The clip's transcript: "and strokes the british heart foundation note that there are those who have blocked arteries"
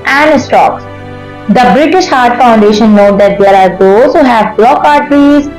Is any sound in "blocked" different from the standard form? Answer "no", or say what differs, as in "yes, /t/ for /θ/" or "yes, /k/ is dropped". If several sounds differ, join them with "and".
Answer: yes, /t/ is dropped